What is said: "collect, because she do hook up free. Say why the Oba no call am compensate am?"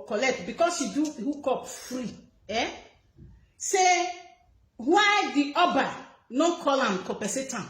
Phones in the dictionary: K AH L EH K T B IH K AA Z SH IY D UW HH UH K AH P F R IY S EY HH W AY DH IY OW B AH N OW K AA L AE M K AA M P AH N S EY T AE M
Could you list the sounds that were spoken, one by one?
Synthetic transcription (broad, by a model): K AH L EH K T B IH K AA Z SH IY D UW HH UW K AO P F R IY S EY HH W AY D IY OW B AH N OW K AA L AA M K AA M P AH S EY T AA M